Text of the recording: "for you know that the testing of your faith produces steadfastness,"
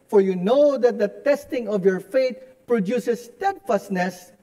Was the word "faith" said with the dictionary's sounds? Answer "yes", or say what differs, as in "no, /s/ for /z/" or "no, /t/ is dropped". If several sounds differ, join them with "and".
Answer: no, /t/ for /θ/